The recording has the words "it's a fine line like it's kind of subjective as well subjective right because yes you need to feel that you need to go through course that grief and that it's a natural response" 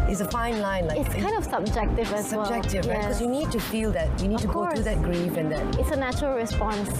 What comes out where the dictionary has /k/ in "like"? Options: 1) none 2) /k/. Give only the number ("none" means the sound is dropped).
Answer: 1